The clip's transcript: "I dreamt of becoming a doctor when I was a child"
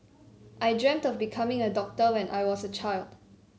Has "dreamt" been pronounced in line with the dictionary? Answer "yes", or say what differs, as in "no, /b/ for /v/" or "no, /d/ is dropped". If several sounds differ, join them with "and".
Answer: yes